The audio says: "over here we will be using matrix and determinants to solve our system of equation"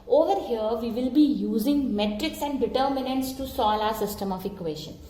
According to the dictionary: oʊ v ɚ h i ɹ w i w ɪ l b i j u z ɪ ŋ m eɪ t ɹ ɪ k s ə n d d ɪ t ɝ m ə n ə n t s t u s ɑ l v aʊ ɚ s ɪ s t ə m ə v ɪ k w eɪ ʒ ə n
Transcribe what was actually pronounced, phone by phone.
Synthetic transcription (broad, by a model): oʊ v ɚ h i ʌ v i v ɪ l b i j u z ɪ ŋ m eɪ t ɹ ɪ k s ə n d d ɪ t ɝ m ə n ə n t s t u s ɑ l aʊ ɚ s ɪ s t ə m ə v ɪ k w eɪ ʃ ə n